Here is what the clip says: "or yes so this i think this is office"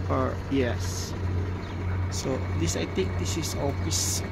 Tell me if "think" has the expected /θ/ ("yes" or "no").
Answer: no